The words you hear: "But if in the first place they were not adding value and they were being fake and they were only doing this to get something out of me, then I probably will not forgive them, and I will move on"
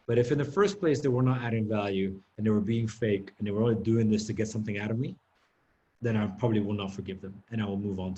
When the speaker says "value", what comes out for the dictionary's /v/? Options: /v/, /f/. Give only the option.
/v/